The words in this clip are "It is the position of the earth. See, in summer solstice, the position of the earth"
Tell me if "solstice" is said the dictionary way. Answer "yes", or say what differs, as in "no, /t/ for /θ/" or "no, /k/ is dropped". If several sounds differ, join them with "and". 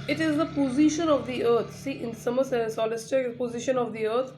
no, /l/ is dropped